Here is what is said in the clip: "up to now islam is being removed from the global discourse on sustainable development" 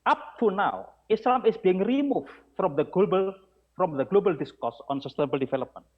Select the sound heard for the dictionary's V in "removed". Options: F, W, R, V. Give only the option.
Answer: F